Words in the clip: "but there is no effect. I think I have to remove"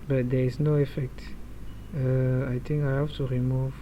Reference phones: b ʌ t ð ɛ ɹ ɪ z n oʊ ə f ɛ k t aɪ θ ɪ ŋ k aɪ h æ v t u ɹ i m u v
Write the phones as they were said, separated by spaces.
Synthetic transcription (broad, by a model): b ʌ t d ɛ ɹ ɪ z n oʊ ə f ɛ k t aɪ t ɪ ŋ k aɪ h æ f t u ɹ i m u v